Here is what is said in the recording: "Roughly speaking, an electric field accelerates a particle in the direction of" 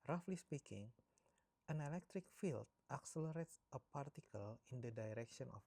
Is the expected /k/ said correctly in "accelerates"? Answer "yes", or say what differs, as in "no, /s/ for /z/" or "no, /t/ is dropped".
yes